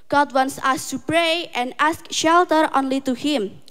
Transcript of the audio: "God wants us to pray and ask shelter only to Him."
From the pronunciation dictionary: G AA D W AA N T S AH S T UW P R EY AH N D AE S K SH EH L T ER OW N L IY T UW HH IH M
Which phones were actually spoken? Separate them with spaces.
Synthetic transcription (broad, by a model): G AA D W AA N S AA S T UW P R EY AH N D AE S K SH EH L T ER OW N L IY T UW HH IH M